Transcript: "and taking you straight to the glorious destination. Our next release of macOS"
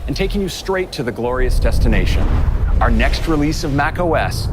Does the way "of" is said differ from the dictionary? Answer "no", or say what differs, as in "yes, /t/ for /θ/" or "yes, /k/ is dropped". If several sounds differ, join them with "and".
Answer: no